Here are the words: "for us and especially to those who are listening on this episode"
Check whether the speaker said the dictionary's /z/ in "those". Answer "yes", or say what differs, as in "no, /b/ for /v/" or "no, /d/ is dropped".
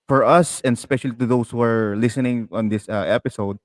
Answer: no, /s/ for /z/